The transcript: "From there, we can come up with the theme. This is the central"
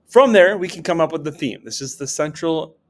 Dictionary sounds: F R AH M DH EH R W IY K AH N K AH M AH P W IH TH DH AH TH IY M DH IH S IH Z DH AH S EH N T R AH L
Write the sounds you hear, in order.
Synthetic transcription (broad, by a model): F R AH M DH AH R W IY K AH N K AH M AH P W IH DH AH TH IY M DH IH S IH Z DH AH S EH N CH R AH L